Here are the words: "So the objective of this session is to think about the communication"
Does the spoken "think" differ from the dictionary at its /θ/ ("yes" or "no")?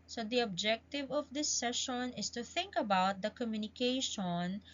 no